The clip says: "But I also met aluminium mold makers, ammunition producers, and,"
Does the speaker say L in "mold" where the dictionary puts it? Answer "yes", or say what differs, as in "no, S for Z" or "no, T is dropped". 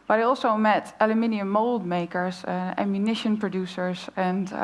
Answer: yes